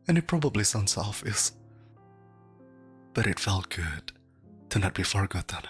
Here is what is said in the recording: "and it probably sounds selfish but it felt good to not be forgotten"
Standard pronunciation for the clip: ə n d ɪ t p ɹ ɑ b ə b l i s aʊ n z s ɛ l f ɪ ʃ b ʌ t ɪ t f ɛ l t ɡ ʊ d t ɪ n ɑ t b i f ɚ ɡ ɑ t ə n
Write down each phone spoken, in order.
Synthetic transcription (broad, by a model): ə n ɪ t p ɹ ɑ b ə b l i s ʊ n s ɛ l f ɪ s b ʌ t ɪ t f ɛ l t ɡ ʊ d t ɪ n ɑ t b i f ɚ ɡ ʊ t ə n